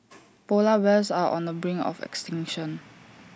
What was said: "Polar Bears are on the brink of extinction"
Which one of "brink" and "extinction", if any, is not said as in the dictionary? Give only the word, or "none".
brink